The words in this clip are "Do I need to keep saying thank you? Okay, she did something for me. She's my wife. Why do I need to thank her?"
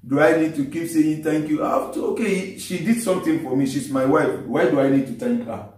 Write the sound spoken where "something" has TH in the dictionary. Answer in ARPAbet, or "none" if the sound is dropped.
T